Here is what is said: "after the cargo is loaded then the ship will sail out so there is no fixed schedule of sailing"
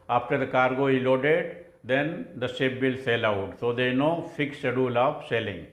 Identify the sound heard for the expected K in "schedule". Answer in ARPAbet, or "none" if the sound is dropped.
none